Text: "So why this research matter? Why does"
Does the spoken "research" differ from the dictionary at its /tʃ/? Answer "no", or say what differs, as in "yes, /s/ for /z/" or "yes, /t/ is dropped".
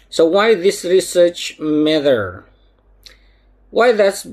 no